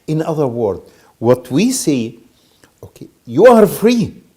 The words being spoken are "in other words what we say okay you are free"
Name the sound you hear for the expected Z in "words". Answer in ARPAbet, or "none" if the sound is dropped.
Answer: none